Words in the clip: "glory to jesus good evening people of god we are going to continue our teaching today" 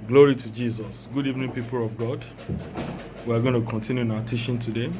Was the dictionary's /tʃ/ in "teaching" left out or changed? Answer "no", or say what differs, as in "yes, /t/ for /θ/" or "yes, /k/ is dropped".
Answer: yes, /ʃ/ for /tʃ/